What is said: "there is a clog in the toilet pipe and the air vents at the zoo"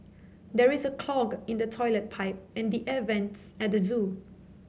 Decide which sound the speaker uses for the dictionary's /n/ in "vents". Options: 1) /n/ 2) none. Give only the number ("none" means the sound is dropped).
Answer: 1